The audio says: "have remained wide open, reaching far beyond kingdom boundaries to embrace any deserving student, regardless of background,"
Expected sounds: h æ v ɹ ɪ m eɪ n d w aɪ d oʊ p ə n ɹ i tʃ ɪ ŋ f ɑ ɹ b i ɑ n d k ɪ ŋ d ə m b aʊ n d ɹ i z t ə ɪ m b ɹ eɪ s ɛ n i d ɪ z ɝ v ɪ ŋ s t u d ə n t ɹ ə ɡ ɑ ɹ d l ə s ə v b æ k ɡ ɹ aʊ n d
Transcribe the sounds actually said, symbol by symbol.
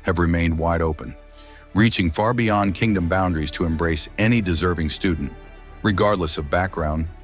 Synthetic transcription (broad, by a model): h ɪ v ɹ ɪ m eɪ n d w aɪ d oʊ p ə n ɹ i tʃ ɪ ŋ f ɑ ɹ b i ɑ n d k ɪ ŋ d ə m b aʊ n d ɹ i z t ə ɪ m b ɹ eɪ s ɛ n i d ɪ z ɝ v ɪ ŋ s t u d n t ɹ ə ɡ ɑ ɹ d l ə s ə v b æ k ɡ ɹ aʊ n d